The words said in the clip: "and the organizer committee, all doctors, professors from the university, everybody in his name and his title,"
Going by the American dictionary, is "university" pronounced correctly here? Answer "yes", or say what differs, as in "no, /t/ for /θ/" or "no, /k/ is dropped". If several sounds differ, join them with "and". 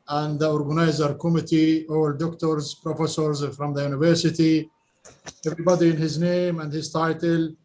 yes